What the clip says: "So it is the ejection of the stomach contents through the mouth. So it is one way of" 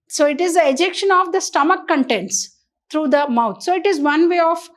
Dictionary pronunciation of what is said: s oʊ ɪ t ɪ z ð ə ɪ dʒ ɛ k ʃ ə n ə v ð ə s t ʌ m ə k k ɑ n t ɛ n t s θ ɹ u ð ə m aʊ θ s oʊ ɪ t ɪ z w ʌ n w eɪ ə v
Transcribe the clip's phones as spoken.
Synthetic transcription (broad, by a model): s oʊ ɪ t ɪ z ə ɪ dʒ ɛ k ʃ ə n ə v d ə s t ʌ m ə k k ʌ n t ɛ n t s t ɹ u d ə m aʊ t s oʊ ɪ t ɪ z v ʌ n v eɪ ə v